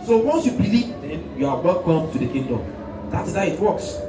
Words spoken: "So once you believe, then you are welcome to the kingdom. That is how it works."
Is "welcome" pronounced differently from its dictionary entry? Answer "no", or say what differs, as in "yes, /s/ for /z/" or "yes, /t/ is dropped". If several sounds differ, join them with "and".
yes, /l/ is dropped